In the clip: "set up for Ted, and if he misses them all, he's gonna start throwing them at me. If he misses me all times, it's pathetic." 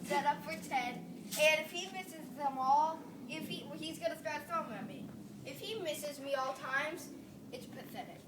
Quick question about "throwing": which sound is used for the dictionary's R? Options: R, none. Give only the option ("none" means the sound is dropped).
none